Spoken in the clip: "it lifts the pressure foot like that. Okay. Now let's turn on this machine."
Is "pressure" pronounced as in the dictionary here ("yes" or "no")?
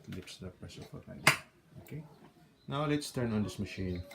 no